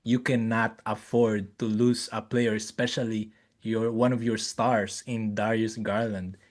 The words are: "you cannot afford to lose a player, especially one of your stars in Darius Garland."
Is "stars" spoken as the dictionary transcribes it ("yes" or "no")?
no